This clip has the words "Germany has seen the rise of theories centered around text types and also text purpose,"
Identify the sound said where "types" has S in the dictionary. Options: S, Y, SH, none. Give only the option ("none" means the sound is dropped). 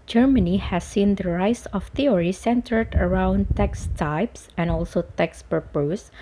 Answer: S